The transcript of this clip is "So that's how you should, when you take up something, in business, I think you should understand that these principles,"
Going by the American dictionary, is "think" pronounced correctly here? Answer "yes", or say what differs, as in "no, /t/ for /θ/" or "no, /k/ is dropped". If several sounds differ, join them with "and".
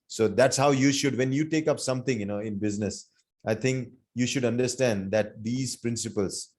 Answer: no, /t/ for /θ/